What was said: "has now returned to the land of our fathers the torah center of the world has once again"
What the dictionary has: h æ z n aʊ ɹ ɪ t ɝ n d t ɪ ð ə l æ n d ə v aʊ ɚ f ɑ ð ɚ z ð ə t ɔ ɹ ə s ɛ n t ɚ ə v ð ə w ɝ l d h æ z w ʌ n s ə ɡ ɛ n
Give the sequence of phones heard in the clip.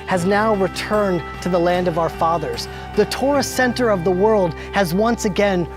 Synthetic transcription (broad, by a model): h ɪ z n aʊ ɹ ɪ t ɝ n t ɪ ð ə l æ n d ə v aʊ ɚ f ɑ ð ɚ z ð ə t ɔ ɹ ə s ɛ n t ɚ ə v ð ə w ɝ l d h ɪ z w ʌ n s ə ɡ ɛ n